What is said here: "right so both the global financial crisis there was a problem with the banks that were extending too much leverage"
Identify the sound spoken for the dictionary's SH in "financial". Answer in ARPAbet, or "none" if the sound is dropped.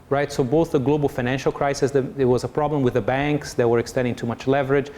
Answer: SH